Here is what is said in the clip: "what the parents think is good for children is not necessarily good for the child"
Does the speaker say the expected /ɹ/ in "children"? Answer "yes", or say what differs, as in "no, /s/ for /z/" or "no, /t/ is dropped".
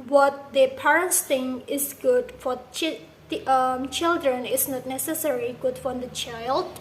yes